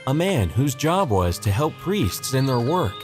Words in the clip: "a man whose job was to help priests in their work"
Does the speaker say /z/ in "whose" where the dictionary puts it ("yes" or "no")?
yes